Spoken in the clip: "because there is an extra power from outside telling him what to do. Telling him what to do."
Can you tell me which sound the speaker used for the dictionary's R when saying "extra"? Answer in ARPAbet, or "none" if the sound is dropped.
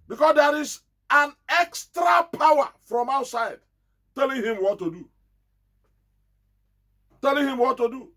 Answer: R